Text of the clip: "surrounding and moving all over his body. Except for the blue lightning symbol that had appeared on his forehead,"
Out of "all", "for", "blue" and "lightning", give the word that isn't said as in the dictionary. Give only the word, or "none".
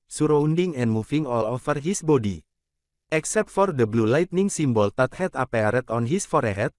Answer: none